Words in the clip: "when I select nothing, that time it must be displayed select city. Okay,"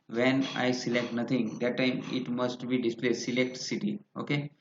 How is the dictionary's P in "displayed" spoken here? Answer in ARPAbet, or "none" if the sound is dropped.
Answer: P